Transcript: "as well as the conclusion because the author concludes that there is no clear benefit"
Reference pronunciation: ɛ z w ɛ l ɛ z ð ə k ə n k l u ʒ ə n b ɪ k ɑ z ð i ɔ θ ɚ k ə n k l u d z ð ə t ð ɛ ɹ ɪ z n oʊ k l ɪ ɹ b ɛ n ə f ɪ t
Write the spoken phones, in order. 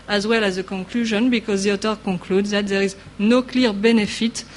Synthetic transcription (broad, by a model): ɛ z w ɛ l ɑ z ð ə k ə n k l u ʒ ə n b ɪ k ɑ z ð i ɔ t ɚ k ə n k l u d ð ə t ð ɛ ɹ ɪ z n oʊ k l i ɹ b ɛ n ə f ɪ t